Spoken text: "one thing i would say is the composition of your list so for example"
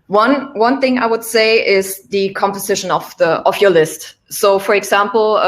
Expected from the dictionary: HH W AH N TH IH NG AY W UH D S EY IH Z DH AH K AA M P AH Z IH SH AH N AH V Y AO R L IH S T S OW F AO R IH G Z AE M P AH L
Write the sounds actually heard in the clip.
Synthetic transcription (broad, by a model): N W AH N TH IH NG AY W UH D S EY IH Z DH AH K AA M P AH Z IH SH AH N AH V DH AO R L IH S T S OW F AO R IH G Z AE M P L